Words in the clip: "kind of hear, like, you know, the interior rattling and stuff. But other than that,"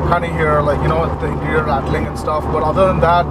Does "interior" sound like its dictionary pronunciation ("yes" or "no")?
no